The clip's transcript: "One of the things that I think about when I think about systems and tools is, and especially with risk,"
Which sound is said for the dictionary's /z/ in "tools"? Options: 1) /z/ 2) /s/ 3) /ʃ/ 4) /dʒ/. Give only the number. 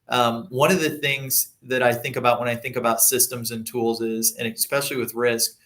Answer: 1